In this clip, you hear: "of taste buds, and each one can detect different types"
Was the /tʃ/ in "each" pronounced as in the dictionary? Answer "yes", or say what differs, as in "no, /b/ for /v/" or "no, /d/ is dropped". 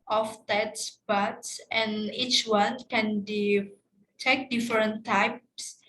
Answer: yes